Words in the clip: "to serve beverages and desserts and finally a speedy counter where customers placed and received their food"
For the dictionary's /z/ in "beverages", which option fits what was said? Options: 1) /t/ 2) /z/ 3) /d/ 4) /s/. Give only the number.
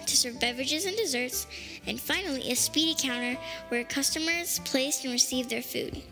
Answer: 2